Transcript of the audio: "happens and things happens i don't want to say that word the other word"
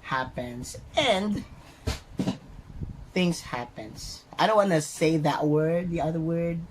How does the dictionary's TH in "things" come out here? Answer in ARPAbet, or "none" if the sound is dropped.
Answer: TH